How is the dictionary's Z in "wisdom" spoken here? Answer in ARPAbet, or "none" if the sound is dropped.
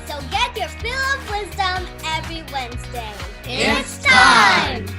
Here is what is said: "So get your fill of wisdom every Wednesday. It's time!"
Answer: Z